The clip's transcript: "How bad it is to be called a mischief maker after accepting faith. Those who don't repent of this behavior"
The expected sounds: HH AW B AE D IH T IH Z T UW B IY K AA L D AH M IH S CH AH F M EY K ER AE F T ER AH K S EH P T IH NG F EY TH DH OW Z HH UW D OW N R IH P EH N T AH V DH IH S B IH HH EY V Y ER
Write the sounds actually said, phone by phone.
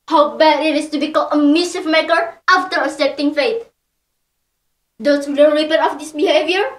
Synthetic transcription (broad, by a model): HH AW B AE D IH T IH S T UW B IY K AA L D AH M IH S AH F M EY K ER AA F T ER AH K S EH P T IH NG F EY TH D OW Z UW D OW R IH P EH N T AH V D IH S B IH HH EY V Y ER